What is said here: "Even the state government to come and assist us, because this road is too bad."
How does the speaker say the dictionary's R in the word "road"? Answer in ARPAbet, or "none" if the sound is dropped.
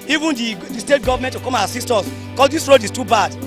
R